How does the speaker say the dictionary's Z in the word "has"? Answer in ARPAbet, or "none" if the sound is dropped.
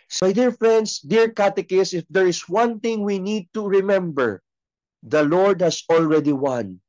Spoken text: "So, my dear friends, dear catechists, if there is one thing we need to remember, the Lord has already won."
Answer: S